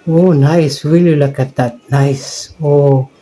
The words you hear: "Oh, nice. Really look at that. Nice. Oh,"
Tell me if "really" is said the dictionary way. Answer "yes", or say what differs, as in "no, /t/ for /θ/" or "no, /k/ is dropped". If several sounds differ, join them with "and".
no, /w/ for /ɹ/